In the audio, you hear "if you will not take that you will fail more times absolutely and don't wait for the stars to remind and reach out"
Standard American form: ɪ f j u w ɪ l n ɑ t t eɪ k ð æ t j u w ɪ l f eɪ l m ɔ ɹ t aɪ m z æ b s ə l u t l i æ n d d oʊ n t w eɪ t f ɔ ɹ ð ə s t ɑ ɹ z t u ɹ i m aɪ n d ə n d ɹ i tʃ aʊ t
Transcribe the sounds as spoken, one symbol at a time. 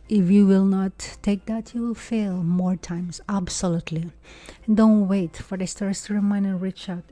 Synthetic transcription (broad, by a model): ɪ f j u w ɪ l n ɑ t t eɪ k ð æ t j u w ɪ l f eɪ l m ɔ ɹ t aɪ m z æ b s ə l u t l i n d d oʊ n t w eɪ t f ɔ ɹ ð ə s t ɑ ɹ s t u ɹ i m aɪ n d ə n ɹ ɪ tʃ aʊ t